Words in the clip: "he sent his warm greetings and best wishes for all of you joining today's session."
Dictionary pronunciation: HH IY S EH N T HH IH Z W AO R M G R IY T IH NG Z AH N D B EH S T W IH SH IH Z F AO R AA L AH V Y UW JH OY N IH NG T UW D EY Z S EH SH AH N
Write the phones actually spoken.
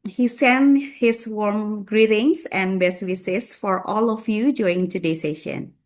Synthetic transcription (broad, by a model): HH IY S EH N HH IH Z W AO R M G R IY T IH NG S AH N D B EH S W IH S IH S F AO R AA L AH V Y UW JH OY IH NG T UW D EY S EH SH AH N